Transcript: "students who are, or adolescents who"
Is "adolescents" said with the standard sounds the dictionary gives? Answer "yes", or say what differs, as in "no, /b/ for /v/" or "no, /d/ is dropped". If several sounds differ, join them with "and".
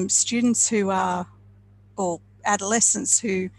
yes